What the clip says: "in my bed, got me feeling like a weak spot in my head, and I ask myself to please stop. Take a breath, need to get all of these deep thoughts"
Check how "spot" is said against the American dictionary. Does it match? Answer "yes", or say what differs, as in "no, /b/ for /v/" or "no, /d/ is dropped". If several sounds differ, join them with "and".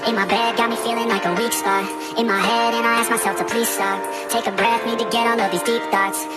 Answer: no, /t/ is dropped